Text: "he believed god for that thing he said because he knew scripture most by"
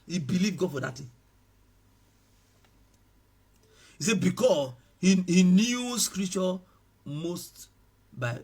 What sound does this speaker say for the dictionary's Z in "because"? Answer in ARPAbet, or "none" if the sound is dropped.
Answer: S